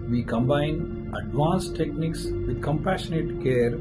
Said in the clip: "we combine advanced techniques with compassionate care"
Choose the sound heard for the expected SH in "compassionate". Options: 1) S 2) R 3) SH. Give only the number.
3